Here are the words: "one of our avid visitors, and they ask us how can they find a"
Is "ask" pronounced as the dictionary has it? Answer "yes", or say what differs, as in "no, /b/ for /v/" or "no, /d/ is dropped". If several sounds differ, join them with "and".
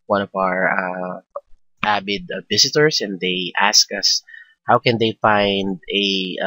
yes